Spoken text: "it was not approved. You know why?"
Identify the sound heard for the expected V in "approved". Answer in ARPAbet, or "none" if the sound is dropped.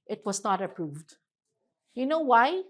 V